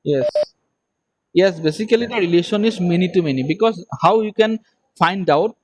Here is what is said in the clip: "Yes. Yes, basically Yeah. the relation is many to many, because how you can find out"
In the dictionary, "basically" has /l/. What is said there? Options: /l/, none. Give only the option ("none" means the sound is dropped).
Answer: none